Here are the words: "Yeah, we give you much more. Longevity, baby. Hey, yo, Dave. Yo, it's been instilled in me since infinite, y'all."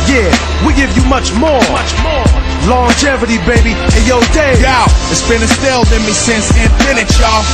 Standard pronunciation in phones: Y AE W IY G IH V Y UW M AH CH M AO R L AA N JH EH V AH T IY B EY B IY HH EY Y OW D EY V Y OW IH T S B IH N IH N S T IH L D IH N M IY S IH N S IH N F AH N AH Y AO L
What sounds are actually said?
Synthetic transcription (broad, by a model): Y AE W IY G IH V Y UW M AH CH M AO R L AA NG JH EH V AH T IY B EY B IY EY Y OW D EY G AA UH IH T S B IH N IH S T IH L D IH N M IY S IH N S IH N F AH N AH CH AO